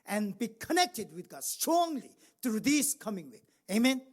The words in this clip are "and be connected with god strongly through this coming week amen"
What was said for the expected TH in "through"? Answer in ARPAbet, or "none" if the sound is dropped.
T